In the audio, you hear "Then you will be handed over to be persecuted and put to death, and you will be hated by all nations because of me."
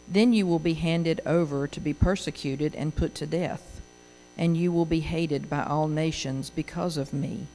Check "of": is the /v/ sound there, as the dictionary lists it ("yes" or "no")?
yes